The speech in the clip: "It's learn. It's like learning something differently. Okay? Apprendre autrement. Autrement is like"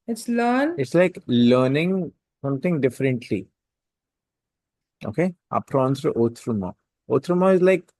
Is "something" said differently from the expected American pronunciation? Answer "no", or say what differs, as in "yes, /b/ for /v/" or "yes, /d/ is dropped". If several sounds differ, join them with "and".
yes, /t/ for /θ/